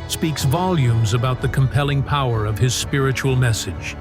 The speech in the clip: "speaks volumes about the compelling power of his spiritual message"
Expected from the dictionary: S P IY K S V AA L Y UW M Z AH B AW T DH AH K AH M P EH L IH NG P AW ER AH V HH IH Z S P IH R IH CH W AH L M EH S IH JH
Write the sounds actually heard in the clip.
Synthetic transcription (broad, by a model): S P IY K S V AA L Y UW M Z AH B AW T DH AH K AH M P EH L IH NG P AW ER AH V IH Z S P IH R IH CH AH L M EH S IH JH